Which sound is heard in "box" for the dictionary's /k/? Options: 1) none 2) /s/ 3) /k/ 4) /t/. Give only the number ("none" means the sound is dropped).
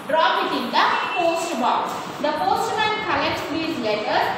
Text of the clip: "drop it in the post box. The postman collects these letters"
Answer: 1